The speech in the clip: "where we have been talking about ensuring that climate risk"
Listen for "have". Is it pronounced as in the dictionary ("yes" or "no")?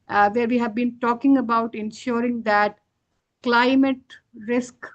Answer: yes